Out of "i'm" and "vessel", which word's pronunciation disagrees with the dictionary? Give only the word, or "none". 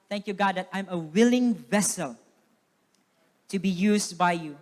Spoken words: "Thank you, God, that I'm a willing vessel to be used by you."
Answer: none